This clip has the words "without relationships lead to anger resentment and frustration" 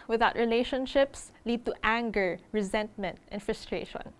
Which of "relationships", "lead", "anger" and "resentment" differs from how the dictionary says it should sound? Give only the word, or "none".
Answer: none